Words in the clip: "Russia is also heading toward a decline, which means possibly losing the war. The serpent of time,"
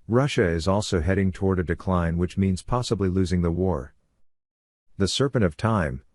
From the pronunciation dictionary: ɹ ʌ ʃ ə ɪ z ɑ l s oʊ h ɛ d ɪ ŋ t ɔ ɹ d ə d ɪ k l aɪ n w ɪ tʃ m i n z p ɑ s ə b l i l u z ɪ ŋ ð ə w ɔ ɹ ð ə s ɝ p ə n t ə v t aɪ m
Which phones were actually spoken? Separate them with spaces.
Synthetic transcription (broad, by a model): ɹ ʌ ʃ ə ɪ z ɑ l s oʊ h ɛ d ɪ ŋ t ɔ ɹ d ə d ɪ k l aɪ n w ɪ tʃ m i n z p ɑ s ə b l i l u z ɪ ŋ ð ə w ɔ ɹ ð ə s ɝ p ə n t ə v t aɪ m